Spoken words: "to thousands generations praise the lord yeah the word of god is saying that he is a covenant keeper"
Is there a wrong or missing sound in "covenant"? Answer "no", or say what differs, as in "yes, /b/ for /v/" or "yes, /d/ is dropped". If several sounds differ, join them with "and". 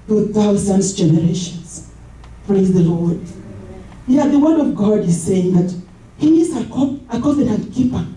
yes, /p/ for /v/